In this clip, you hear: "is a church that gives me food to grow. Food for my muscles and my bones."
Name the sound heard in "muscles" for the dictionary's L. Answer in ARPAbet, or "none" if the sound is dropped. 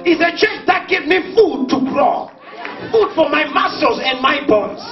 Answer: none